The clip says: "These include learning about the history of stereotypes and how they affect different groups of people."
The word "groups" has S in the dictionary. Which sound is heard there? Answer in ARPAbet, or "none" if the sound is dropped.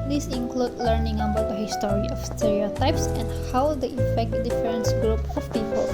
none